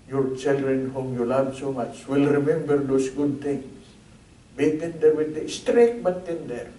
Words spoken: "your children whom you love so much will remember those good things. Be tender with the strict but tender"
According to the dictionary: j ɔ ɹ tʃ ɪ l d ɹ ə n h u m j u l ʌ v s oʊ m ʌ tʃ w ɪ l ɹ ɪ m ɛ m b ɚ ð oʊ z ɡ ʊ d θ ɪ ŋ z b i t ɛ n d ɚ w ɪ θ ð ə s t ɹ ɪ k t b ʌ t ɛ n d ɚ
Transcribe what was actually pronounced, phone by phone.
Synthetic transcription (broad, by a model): j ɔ ɹ tʃ ɪ l d ɹ ə n h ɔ m j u l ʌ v s oʊ m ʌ tʃ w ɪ l ɹ ɪ m ɛ m b ɚ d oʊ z ɡ ʊ d t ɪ ŋ s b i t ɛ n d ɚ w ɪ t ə s t ɹ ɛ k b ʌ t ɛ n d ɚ